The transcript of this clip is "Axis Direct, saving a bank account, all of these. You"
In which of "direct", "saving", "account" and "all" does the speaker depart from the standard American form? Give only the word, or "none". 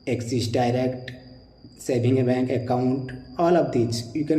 saving